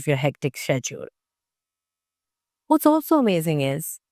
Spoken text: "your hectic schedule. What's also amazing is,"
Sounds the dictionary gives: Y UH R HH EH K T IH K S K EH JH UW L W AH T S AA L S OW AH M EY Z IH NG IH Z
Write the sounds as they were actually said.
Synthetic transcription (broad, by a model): Y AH R HH EH K T IH K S EH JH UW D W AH T S AA L S OW AH M EY Z IH NG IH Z